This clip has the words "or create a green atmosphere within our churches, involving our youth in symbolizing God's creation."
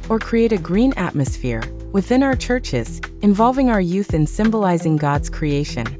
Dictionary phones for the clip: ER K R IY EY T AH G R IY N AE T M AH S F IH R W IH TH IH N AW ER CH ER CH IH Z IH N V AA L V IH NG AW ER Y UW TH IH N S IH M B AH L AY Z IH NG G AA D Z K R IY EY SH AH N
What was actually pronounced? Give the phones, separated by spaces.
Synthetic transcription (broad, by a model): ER K R IY EY T AH G R IY N AE T M AH S F IH R W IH TH IH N AW ER CH ER CH IH Z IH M V AA L V IH NG AW ER Y UW TH IH N S IH M B AH L AY Z IH NG G AA D Z K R IY EY SH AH N